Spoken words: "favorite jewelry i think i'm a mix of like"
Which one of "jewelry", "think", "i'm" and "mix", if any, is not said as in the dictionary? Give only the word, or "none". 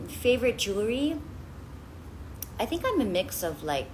jewelry